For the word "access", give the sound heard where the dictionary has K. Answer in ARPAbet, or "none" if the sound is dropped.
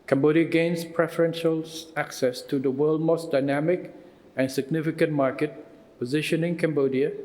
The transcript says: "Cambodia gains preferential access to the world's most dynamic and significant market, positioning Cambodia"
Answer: K